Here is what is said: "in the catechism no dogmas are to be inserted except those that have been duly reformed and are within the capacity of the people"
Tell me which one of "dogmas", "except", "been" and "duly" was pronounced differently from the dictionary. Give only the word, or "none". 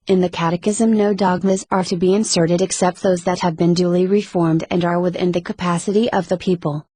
none